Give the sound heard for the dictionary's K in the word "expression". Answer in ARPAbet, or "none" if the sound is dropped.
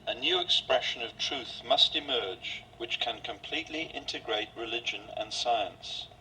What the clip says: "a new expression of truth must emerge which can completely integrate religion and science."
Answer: K